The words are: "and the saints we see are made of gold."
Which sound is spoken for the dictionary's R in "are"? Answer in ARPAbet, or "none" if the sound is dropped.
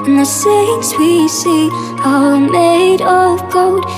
L